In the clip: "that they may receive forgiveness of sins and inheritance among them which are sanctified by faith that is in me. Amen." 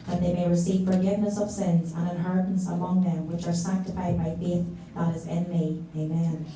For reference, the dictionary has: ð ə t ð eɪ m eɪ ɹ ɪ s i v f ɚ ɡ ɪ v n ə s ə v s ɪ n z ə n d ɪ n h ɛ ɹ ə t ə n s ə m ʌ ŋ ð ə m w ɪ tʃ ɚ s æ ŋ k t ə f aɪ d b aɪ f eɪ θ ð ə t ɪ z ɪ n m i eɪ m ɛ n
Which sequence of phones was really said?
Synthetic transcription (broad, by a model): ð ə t ð eɪ m eɪ ɹ ɪ s i v f ɚ ɡ ɪ v n ə s ə v s ɪ n z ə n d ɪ n h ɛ ɹ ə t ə n s ə m ʌ ŋ ð ə m w ɪ tʃ ɚ s æ ŋ k t ə f aɪ d b aɪ f eɪ θ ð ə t ɪ z ɪ n m i eɪ m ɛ n